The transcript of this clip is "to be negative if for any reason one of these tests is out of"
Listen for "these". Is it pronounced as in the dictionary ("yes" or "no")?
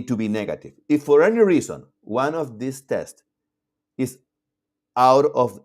no